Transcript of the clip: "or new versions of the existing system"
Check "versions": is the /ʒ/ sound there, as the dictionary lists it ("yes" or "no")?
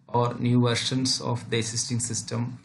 no